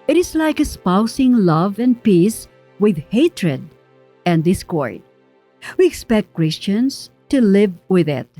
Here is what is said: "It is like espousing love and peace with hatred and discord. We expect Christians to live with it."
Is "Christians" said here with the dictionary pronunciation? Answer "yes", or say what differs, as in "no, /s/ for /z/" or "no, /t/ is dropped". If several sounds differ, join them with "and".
no, /s/ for /z/